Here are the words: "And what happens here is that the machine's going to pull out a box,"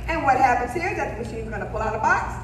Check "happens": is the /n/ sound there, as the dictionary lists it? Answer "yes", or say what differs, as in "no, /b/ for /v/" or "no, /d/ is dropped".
yes